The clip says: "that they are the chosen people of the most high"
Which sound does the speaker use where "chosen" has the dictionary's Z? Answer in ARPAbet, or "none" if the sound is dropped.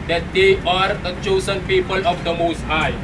S